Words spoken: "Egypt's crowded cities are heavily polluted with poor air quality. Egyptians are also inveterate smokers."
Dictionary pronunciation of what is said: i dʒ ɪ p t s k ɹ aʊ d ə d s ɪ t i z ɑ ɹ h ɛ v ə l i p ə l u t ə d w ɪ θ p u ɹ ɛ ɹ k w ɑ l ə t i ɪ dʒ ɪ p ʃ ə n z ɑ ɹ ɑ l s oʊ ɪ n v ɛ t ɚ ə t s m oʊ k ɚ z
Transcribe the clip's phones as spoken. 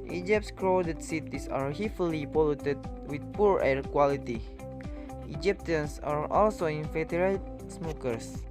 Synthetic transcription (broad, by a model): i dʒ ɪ p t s k ɹ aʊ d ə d s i t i s ɑ ɹ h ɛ f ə l i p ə l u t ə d w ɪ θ p u ɹ ɛ ɹ k w ɑ l ə t i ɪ dʒ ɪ p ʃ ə n s ɑ ɹ ɑ l s oʊ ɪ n f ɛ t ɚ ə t s m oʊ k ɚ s